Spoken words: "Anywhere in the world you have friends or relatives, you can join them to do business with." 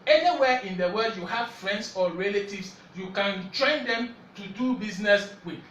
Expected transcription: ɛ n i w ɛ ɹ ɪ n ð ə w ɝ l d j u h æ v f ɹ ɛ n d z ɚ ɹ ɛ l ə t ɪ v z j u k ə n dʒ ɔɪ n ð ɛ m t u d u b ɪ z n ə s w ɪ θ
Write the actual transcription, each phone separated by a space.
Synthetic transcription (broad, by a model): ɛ n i w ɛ ɪ n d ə w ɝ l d j u h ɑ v f ɹ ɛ n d s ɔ ɹ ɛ l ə t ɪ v s j u k ə n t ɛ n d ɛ m t u d u b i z n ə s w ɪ